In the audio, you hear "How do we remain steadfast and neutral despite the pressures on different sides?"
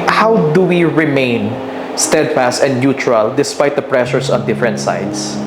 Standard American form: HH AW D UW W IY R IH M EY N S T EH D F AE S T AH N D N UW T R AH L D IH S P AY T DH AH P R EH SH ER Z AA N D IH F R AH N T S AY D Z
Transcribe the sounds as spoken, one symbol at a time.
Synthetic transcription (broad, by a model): HH AW D UW W IY R IH M EY N S T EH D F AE S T AH N D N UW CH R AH L D IH S P AY T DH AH P R EH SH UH S AA N D IH F R AH N T S AY D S